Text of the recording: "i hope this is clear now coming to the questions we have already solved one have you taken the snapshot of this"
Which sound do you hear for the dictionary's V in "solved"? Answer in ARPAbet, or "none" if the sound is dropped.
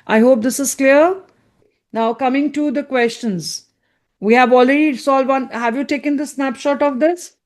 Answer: none